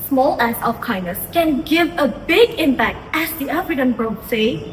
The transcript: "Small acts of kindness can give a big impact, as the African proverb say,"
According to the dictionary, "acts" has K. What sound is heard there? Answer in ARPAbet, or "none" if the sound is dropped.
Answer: none